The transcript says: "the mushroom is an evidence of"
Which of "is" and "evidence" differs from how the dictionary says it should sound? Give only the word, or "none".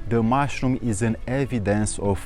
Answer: none